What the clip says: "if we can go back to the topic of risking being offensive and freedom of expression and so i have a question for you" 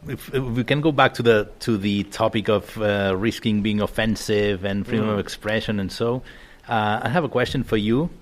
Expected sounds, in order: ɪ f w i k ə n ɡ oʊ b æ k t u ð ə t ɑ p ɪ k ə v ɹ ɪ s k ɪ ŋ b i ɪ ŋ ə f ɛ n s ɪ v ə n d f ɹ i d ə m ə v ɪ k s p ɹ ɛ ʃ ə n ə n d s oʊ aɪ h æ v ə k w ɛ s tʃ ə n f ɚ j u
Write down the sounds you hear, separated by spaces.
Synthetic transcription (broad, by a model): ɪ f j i k ə n ɡ oʊ b æ k t u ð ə t ɑ p ɪ k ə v ɹ ɪ s k ɪ ŋ b i ɪ ŋ ə f ɛ n s ɪ v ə n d f ɹ i d ə m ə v ɪ k s p ɹ ɛ ʃ ə n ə n s oʊ aɪ h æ v ə k w ɛ s tʃ ə n f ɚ j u